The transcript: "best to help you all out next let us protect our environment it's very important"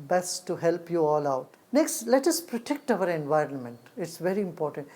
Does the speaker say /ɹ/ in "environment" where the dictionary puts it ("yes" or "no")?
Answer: yes